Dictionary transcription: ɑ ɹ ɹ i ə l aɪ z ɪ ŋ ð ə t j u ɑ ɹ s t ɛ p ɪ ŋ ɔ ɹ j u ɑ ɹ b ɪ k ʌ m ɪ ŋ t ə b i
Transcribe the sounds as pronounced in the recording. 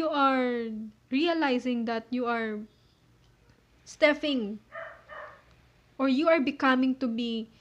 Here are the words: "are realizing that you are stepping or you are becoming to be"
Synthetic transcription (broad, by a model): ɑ ɹ ɹ i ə l aɪ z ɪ ŋ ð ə t j u ɑ ɹ s t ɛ f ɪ ŋ ɔ ɹ j u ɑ ɹ b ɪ k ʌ m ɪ ŋ t ə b i